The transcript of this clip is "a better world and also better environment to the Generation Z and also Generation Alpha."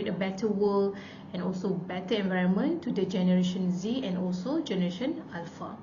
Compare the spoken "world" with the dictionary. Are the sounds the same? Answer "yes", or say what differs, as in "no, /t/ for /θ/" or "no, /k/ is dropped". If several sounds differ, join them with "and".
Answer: no, /d/ is dropped